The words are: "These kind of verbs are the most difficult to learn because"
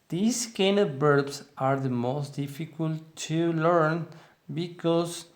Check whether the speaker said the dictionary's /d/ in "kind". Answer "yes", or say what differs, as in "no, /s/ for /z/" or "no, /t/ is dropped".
no, /d/ is dropped